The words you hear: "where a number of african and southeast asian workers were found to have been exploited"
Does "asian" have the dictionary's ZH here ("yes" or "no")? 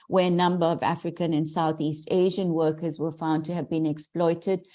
yes